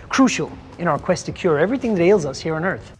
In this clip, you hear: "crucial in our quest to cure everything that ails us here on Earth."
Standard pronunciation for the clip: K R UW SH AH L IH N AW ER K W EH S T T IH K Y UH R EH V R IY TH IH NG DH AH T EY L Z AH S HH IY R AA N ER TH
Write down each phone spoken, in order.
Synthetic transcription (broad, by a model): K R UW SH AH L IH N AW ER K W EH S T T IH K Y UH R EH V R IY TH IH NG DH AH T EY L Z AH S HH IY R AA N ER TH